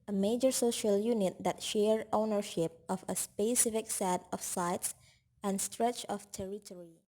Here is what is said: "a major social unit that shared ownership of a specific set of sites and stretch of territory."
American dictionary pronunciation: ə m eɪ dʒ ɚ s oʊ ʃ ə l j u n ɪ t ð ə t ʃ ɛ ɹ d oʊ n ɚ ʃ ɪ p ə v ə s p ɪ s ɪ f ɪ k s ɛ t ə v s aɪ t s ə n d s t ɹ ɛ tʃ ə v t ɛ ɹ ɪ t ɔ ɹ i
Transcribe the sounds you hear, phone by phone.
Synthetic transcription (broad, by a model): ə m eɪ dʒ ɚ s oʊ ʃ ə l j u n ɪ t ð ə t ʃ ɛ ɹ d oʊ n ɚ ʃ ɪ p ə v ə s p ɪ s ɪ f ɪ k s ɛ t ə f s aɪ t s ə n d s t ɹ ɛ tʃ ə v t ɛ ɹ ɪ t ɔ ɹ i